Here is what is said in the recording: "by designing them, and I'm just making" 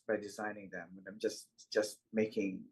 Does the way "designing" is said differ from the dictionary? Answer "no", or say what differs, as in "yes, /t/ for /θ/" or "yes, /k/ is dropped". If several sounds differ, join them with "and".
no